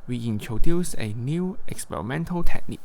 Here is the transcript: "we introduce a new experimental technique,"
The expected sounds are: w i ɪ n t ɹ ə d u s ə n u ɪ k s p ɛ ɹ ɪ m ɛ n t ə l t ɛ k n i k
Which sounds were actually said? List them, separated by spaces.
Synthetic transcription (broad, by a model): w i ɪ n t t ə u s ə n u ɪ k s p ɛ ɹ ɪ m ɛ n t ə l t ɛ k n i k